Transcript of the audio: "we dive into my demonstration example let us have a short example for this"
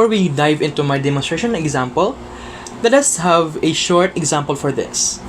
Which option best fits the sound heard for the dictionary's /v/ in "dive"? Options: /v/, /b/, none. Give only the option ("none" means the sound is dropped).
/v/